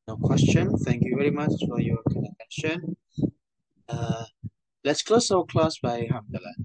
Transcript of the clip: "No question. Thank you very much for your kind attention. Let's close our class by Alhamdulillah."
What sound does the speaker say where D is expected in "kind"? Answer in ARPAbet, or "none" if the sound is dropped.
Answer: none